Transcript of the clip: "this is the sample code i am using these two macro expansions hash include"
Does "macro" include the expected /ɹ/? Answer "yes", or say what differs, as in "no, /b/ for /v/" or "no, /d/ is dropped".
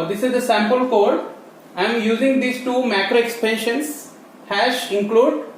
yes